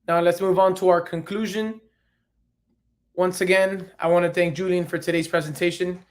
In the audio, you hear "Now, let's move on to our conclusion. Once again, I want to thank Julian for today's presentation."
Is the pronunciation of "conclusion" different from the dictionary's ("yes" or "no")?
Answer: no